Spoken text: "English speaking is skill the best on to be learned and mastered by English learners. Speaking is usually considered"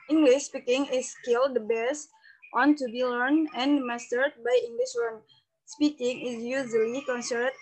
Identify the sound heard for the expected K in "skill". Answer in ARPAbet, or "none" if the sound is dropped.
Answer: K